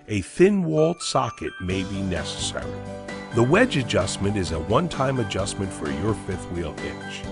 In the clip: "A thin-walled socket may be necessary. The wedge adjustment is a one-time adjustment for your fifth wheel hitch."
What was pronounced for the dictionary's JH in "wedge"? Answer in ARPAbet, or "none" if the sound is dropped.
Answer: JH